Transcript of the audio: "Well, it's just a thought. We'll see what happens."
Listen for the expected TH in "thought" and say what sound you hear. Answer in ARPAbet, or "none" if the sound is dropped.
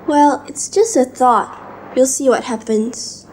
TH